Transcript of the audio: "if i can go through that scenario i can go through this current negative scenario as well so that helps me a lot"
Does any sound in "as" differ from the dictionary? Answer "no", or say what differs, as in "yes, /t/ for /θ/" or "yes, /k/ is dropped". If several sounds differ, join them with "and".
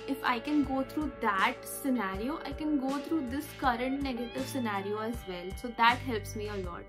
no